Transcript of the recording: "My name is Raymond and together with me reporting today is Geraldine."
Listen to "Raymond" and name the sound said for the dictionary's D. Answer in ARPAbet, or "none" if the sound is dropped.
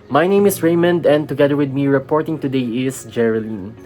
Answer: D